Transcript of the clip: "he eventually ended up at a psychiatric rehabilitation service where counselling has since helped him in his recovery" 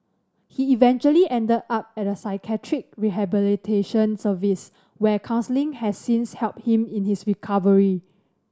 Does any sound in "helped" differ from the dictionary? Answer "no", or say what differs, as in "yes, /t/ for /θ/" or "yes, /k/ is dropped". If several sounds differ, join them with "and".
no